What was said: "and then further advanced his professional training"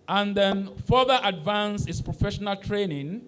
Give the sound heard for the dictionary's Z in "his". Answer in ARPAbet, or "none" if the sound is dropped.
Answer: S